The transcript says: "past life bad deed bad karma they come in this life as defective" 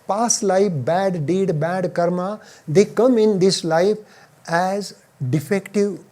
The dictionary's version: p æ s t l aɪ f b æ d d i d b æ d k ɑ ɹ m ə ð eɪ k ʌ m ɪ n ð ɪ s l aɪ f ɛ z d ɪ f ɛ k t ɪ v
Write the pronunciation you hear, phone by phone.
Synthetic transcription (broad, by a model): p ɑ s l aɪ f b æ d d i d b æ d k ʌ ɹ m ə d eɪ k ʌ m ɪ n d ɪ s l aɪ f ɛ z d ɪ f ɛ k t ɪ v